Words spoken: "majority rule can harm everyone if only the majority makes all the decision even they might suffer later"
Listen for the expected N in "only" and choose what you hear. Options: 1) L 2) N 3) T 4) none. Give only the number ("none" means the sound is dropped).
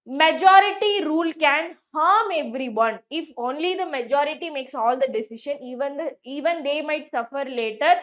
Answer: 2